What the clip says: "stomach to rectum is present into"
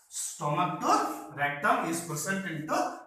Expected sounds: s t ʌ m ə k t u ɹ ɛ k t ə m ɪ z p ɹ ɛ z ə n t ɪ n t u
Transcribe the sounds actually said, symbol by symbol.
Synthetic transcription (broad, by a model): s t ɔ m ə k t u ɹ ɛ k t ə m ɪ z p u s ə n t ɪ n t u